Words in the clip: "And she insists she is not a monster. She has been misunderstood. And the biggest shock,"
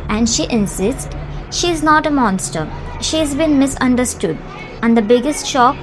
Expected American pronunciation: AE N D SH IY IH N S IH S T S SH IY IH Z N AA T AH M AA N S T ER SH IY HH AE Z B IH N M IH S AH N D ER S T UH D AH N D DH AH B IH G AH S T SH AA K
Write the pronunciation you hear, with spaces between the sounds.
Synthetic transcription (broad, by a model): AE N D SH IY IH N S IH S T SH IY IH Z N AA T AH M AA N S T ER SH IY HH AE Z B IH N M IH S AH N D ER S T UH D AH N D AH B IH G AH S T SH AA K